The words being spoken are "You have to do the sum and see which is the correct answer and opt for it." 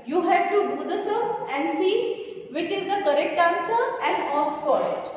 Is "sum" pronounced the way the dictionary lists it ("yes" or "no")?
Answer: no